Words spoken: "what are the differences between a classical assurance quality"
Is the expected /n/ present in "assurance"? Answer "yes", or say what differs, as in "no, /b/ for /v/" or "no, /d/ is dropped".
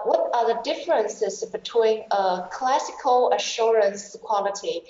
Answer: yes